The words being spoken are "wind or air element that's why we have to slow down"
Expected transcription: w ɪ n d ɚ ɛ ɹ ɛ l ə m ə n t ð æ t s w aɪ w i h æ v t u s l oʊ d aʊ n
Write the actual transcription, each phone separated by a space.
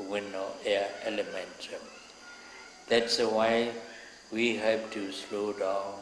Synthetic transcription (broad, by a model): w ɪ n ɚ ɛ ɛ l ə m ə n t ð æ t s w aɪ w i h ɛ p t u s l oʊ d aʊ n